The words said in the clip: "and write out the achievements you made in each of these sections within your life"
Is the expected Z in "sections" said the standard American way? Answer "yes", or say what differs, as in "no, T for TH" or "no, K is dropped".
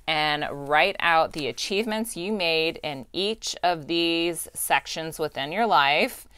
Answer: yes